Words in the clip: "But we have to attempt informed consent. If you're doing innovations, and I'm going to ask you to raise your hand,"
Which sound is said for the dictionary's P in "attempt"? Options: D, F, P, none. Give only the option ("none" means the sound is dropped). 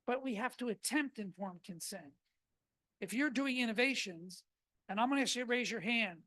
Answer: P